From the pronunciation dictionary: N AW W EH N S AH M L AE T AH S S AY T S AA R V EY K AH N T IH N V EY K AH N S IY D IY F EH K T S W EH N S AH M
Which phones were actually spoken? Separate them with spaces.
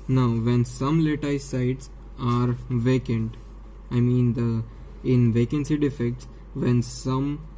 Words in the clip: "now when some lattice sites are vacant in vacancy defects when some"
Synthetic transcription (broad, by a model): N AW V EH N S AH M L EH T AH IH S AY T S AA R V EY K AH N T IH N V EY K AH N S IY D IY F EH K T S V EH N S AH M